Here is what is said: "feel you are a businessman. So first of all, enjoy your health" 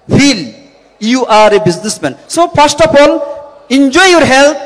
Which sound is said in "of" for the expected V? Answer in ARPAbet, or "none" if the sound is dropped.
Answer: P